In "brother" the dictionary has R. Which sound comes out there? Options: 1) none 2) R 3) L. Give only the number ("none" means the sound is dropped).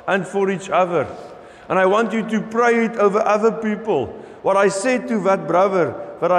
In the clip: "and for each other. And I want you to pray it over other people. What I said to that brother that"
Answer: 2